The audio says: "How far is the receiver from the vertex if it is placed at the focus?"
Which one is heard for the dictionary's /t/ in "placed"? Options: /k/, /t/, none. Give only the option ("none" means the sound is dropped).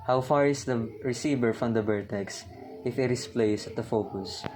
none